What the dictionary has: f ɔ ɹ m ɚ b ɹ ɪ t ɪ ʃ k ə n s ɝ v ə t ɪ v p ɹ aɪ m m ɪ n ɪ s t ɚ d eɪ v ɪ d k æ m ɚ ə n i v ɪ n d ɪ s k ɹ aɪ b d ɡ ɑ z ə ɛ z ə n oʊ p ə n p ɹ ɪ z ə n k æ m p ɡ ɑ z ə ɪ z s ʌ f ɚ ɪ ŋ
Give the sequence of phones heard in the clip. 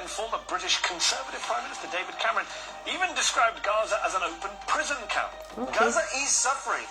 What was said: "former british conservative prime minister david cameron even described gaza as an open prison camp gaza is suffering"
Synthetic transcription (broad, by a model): f ɔ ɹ m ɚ b ɹ ɪ t ɪ ʃ k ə n s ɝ v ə t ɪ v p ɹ aɪ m m ɪ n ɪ s t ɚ d eɪ v ɪ d k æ m ɚ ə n i v ɪ n d ɪ s k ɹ aɪ b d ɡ ɑ z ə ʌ z ə n oʊ p ə n p ɹ ɪ z ə n k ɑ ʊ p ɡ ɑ z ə ɪ z s ʌ f ɚ ɪ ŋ